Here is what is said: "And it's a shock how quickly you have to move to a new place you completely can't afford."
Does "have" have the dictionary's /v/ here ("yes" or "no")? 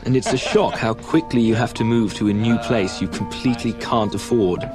no